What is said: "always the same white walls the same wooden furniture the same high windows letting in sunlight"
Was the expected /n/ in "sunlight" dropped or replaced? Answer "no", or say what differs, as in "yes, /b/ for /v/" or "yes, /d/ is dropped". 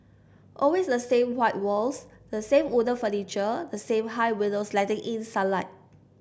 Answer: yes, /n/ is dropped